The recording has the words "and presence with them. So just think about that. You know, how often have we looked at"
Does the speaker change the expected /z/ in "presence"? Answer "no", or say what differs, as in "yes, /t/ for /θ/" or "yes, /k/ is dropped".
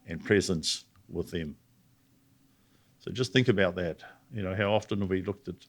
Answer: no